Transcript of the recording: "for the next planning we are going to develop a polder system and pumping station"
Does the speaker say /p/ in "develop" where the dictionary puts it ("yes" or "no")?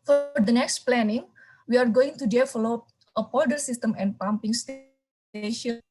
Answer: no